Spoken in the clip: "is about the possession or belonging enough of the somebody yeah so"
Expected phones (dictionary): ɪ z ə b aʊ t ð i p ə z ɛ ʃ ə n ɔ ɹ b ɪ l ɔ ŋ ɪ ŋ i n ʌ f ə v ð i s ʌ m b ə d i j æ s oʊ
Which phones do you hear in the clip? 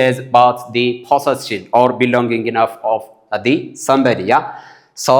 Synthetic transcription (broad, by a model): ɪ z ə b aʊ t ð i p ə s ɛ s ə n ɔ ɹ b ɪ l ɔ ŋ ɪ ŋ i n ʌ f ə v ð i s ʌ m b ə d i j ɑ s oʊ